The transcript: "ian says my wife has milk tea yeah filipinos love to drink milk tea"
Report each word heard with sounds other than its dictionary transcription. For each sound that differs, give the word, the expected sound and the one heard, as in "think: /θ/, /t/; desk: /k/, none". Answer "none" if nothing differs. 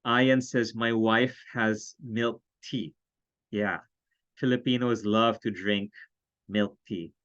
none